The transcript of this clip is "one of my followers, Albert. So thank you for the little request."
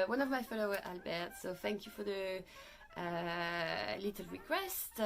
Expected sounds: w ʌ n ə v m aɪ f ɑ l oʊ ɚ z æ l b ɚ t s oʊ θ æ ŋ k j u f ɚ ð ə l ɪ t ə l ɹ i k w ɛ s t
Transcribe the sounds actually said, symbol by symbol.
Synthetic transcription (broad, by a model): w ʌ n ə v m aɪ f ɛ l oʊ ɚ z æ l b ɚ t s oʊ θ æ ŋ k j u f ɚ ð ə l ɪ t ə l ɹ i k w ɛ s t